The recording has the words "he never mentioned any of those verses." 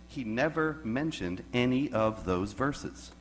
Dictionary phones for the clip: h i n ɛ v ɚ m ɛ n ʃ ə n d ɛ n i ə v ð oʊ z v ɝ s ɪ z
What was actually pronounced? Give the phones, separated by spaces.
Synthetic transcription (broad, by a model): h i n ɛ v ɚ m ɛ n ʃ ə n d ɛ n i ə v ð oʊ z v ɝ s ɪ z